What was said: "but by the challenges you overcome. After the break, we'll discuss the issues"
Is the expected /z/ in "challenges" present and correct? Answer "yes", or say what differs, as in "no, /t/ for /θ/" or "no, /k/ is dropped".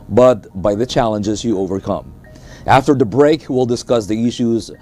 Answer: yes